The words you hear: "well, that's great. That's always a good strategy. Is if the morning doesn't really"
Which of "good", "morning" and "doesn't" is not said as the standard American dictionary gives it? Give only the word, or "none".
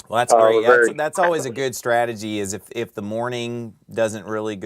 none